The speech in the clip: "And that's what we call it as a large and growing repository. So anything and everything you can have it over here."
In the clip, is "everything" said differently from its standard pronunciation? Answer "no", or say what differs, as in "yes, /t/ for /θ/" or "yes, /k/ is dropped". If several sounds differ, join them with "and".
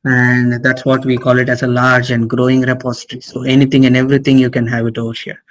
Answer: yes, /t/ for /θ/